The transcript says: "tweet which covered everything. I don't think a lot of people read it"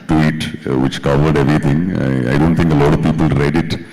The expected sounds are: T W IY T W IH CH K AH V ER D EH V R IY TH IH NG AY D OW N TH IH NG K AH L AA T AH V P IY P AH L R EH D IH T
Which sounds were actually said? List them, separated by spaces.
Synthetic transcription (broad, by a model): T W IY T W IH CH K AH V ER D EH V R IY T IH NG AY D OW N T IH NG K AH L AA T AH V P IY P AH L R EH D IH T